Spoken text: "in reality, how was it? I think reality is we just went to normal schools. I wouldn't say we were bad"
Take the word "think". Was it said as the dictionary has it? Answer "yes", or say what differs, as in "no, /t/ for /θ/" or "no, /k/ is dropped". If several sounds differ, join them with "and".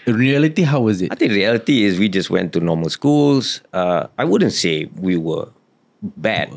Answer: no, /t/ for /θ/